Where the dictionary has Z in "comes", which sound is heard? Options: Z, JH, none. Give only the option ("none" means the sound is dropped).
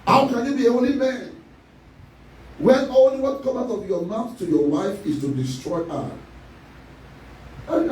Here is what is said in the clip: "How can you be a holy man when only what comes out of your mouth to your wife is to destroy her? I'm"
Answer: none